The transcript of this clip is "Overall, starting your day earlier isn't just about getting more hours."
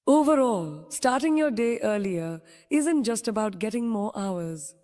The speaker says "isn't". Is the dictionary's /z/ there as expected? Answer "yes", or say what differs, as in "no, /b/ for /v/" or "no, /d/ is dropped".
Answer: yes